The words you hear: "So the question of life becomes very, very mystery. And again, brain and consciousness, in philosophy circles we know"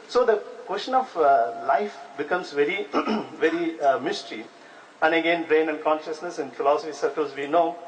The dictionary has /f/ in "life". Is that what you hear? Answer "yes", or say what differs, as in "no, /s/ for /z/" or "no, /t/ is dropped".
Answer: yes